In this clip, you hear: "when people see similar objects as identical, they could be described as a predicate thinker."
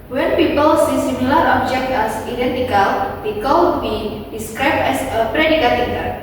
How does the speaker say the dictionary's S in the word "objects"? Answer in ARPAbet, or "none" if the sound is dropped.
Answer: none